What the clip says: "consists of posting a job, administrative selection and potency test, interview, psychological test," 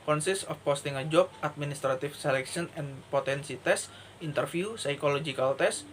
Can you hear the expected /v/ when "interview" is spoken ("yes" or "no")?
no